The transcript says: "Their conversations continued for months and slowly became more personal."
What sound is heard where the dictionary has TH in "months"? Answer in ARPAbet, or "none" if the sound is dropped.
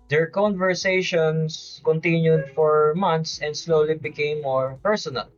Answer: T